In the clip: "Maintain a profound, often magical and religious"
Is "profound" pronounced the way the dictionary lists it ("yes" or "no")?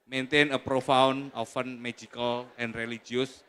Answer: no